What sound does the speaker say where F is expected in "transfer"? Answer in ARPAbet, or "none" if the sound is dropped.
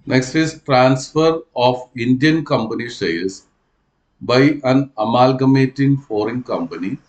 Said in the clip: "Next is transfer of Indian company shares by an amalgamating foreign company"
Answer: F